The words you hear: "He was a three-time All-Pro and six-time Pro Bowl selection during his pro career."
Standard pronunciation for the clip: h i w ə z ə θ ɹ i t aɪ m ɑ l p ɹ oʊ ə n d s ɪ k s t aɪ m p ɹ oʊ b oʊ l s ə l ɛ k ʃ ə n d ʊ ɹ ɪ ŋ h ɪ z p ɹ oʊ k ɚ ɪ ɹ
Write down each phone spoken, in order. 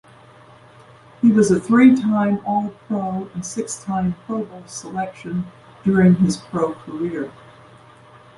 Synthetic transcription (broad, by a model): h i w ə z ə θ ɹ i t aɪ m ɑ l p ɹ oʊ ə n s ɪ k s t aɪ m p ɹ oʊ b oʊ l s ə l ɛ k ʃ ə n d ʊ ɹ ɪ ŋ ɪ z p ɹ oʊ k ɚ ɪ ɹ